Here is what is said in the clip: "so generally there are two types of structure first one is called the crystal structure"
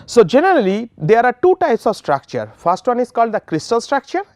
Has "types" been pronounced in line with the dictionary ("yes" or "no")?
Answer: yes